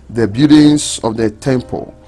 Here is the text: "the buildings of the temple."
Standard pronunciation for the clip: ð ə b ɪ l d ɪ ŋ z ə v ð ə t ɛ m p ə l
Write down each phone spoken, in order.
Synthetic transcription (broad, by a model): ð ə b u d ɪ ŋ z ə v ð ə t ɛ m p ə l